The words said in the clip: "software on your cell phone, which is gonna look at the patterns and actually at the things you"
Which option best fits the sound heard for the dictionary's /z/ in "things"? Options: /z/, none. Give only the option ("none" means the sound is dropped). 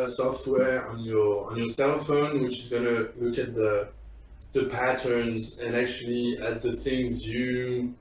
/z/